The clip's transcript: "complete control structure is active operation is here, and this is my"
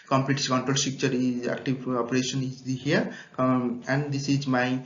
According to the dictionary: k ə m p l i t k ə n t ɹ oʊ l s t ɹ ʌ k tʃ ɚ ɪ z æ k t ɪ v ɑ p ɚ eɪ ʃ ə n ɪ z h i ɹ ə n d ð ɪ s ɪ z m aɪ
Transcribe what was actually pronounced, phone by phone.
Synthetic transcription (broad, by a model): k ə m p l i t k ə n t ɹ oʊ l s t i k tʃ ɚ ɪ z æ k t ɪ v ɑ p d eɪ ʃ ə n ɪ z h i ɹ ə n d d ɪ s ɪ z m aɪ